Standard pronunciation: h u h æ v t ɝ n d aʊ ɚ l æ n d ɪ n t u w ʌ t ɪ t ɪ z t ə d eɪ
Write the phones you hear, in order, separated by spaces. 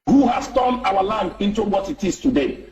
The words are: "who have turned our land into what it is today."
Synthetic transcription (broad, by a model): h u h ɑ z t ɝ n aʊ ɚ l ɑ n d ɪ n t u w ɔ t ɪ t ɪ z t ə d eɪ